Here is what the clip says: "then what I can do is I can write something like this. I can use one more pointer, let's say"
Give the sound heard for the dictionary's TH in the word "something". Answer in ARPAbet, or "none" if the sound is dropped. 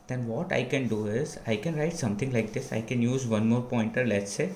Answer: T